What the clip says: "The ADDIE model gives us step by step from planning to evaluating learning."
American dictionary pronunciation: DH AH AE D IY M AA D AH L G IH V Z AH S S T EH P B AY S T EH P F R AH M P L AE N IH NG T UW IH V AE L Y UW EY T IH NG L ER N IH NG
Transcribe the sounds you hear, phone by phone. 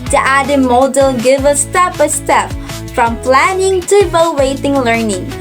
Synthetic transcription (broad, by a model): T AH AE D IY M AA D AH L G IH V AH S S T EH P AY S T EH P F R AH M P L AE N IH NG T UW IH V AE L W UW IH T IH NG L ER N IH NG